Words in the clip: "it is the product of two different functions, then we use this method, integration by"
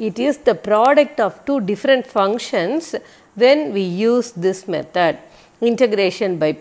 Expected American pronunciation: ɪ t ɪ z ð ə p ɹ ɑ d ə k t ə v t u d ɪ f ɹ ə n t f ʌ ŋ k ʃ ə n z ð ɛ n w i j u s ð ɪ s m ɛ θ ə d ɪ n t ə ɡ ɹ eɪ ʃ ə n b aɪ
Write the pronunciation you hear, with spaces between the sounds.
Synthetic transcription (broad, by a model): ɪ t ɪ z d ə p ɹ ɑ d ə k t ə v t u d ɪ f ɹ ə n t f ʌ ŋ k ʃ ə n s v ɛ n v i j u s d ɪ s m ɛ t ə d ɪ n t ə ɡ ɹ eɪ ʃ ə n b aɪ